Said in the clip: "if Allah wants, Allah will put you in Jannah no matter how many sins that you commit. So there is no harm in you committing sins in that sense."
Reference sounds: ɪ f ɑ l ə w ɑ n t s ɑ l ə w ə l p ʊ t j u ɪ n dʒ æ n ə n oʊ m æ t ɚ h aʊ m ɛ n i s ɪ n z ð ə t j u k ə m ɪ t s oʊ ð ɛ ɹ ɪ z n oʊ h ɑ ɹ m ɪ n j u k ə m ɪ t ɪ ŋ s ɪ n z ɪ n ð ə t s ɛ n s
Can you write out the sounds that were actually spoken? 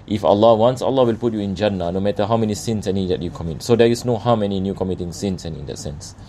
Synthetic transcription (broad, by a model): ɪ f ɑ l ə w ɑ n s ɑ l ə w ə l p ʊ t j u ɪ n dʒ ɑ n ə n oʊ m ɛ t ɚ h aʊ m ɛ n i s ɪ n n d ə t j u k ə m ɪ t s oʊ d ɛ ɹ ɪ s n oʊ h ɑ w m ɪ n j u k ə m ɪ t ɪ ŋ s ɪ n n ɪ n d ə t s ɛ n s